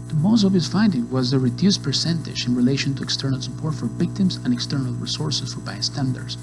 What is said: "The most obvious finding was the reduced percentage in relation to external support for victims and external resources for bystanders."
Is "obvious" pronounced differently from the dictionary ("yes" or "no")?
yes